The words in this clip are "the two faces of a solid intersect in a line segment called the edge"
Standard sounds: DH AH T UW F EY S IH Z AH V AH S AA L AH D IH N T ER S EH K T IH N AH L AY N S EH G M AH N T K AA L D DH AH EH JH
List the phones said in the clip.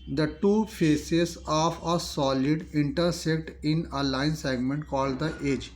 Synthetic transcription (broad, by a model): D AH T UW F EY S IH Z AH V AH S AA L AH D IH N T ER S EH K T IH N AH L AY N S EH G M AH N T K AA L D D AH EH JH